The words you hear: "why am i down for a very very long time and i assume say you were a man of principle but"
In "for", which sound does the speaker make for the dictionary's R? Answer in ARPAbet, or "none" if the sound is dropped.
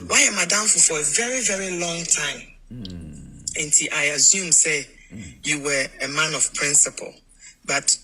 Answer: R